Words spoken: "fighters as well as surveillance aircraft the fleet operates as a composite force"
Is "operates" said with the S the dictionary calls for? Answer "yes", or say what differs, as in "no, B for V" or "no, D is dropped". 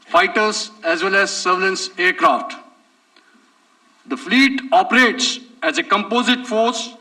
yes